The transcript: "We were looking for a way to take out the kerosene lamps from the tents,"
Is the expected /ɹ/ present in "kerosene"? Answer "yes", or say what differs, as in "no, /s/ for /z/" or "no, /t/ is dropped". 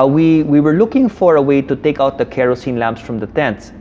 yes